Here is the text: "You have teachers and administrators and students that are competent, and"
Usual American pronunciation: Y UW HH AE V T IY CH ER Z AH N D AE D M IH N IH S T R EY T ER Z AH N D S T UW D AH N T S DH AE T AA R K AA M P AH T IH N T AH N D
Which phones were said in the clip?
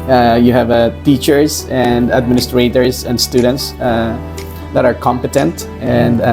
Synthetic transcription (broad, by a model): Y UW HH AE V T IY CH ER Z AH N D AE D M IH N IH S T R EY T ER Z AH N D S T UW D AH N T S DH AE T AA R K AA M P AH T IH N T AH N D